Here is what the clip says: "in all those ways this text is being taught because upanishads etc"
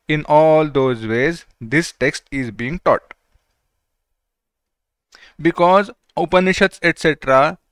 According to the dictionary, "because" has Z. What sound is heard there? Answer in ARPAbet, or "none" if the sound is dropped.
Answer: Z